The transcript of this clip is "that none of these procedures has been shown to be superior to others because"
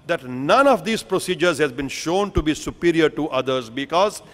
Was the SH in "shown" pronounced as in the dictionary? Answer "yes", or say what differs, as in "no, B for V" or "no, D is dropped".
yes